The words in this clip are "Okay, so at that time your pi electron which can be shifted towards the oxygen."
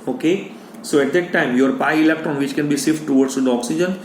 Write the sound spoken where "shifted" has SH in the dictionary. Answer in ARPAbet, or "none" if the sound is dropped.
S